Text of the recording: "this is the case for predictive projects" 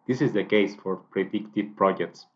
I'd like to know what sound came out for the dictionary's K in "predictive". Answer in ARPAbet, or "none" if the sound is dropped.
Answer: K